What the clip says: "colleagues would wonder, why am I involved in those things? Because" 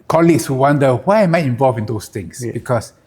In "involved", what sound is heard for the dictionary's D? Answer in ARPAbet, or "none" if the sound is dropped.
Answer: none